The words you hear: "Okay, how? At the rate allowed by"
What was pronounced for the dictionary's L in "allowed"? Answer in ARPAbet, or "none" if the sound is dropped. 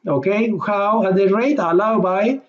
L